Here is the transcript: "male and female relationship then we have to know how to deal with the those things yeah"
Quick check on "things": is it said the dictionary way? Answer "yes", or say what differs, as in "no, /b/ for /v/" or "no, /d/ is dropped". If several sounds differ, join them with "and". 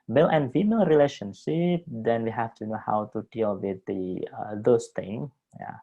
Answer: no, /z/ is dropped